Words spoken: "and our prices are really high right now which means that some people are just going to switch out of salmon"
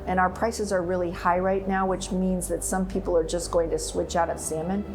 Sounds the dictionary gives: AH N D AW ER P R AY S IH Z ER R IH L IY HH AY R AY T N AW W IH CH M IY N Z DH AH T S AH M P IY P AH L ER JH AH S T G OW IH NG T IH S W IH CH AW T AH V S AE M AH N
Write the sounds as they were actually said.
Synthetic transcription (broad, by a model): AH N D AW ER P R AY S IH Z ER R IH L IY HH AY R AY T N AW W IH CH M IY N Z DH AH T S AH M P IY P L ER JH AH S G OW IH NG T IH S W IH CH AW T AH V S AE M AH N